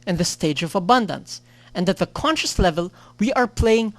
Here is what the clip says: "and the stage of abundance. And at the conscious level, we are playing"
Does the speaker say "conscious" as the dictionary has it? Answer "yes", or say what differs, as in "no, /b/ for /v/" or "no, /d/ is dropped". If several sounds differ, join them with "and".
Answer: yes